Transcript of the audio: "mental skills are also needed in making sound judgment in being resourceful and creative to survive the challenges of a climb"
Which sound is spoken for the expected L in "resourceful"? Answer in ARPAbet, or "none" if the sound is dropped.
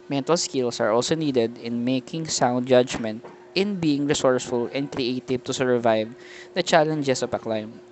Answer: L